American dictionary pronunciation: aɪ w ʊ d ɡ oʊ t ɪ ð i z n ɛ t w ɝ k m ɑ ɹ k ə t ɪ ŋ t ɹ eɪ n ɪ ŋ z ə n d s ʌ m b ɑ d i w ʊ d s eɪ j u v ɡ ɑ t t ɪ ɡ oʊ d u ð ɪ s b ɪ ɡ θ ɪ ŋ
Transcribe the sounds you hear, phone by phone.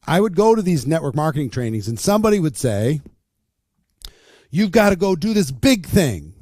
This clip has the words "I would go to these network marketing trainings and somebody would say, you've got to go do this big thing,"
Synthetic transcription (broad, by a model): aɪ w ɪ d ɡ oʊ t ɪ ð i z n ɛ t w ɝ k m ɑ ɹ k ə t ɪ ŋ t ɹ eɪ n ɪ ŋ z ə n s ʌ m b ɑ d i w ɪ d s eɪ j u v ɡ ɑ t t ɪ ɡ oʊ d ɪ ð ɪ s b ɪ ɡ θ ɪ ŋ